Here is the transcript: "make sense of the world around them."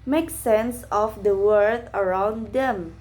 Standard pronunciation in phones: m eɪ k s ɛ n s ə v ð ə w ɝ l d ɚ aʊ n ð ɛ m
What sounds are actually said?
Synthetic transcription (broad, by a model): m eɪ k s ɛ n s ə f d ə w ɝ d ɚ aʊ n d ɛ m